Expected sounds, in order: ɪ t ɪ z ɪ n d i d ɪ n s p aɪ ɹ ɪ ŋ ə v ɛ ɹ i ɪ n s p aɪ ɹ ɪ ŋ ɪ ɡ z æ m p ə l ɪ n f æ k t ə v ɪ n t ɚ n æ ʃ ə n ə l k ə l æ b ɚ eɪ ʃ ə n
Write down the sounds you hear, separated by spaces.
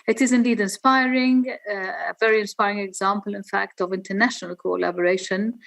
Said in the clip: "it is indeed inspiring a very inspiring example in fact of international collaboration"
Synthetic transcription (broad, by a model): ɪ t ɪ z ɪ n d i d ɪ n s p aɪ ɹ ɪ ŋ ə v ɛ ɹ i ɪ n s p aɪ ɹ ɪ ŋ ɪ ɡ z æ m p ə l ɪ n f æ k t ə v ɪ n t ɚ n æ ʃ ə n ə l k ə l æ b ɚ eɪ ʃ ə n